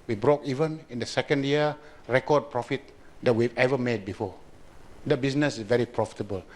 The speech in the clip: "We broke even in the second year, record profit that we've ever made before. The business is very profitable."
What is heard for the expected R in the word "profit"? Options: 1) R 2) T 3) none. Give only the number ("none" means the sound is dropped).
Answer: 1